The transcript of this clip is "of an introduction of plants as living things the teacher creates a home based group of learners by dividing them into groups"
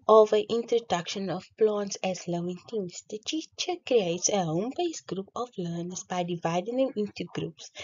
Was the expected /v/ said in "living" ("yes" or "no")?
no